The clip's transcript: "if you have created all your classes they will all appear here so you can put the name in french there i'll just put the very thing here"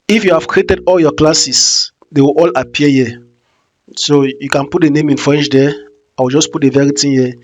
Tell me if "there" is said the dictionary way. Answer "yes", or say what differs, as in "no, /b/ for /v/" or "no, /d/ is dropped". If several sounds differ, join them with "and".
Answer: no, /w/ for /ɹ/